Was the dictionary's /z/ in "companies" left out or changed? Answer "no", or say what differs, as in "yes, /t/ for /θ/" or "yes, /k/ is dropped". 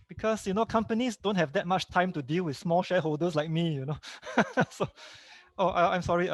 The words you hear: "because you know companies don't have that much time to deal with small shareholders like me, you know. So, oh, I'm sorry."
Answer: yes, /s/ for /z/